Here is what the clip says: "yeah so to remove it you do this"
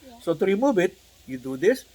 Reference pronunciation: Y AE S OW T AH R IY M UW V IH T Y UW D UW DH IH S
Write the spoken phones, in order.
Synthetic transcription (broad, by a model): S OW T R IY M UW B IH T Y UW D UW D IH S